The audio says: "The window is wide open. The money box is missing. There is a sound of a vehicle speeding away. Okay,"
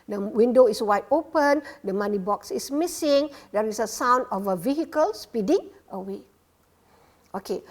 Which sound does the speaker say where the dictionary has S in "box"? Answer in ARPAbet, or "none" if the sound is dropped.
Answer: S